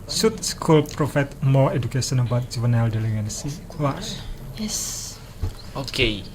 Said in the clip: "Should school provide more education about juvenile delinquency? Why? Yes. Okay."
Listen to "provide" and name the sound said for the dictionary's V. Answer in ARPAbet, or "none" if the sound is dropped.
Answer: F